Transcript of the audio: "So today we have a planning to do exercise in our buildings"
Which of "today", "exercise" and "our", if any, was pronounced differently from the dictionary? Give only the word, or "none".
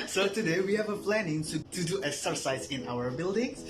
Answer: exercise